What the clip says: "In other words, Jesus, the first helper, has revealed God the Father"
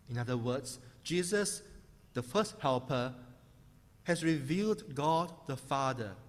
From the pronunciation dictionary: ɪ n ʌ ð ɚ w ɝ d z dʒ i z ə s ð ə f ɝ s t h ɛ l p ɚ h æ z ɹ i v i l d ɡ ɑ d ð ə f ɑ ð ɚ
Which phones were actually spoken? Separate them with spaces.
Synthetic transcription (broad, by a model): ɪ n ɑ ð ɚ w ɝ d s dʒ i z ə s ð ə f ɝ s t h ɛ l p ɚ h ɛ s ɹ i v i l d ɡ ɑ d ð ə f ɑ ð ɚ